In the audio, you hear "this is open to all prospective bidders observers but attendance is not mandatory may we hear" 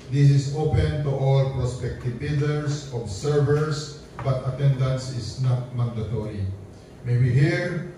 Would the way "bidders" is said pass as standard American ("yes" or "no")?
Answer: no